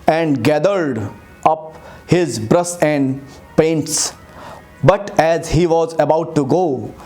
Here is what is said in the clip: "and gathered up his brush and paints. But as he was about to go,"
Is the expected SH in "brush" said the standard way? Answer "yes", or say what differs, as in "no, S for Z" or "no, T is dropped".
no, S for SH